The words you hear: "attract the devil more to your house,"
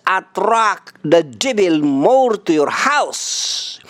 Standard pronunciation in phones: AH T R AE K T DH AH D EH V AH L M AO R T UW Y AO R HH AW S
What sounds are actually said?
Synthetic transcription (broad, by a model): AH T R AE K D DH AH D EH B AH L M AO R T UW Y AO R HH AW S